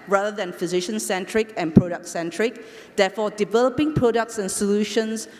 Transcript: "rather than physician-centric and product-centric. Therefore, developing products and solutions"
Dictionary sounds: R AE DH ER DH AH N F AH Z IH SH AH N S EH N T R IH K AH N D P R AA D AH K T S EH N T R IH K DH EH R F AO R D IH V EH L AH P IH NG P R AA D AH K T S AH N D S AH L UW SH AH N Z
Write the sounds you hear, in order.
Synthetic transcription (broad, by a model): R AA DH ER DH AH N F AH Z IH SH AH N S EH N T R IH K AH N P R AA D AH K T S EH N T R IH K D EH F AO D IH V EH L AH P IH NG P R AA D AH K T S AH N S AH L UW SH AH N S